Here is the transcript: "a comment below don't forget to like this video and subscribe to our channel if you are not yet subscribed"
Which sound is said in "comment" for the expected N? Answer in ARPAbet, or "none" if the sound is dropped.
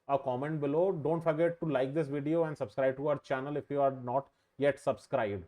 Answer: N